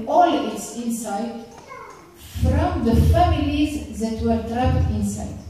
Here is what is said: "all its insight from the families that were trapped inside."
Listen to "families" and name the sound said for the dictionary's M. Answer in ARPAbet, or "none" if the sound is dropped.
M